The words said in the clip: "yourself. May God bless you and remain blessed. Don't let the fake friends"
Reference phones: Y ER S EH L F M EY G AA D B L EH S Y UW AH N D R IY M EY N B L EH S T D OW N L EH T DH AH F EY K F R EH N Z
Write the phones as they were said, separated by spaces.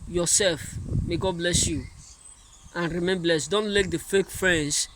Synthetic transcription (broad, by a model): Y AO S EH L F M EY G AA D B L EH S Y UW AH N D R IY M EY N B L EH S T D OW N L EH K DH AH F EY K F R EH N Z